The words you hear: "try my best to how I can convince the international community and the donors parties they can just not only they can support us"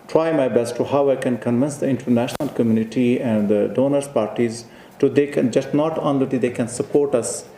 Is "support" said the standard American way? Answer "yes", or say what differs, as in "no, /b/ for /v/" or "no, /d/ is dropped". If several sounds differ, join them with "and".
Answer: yes